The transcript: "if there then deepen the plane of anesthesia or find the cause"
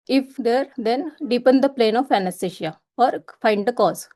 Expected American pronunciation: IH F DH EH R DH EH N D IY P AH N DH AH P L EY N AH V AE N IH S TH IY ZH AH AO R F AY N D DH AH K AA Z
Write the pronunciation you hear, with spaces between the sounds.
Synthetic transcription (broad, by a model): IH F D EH R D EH N D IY P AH N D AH P L EY N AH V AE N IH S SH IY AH AO R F AY N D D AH K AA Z